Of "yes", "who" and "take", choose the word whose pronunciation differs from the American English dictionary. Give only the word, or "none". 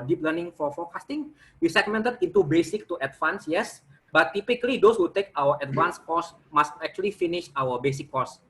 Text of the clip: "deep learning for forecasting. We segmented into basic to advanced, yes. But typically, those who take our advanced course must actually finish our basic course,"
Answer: none